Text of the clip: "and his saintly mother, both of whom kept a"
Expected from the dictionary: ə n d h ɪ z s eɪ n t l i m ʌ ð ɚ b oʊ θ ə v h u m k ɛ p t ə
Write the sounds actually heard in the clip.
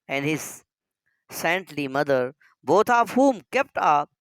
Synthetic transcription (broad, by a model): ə n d h ɪ z s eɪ n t l i m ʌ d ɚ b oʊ t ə p h u m k ɛ p t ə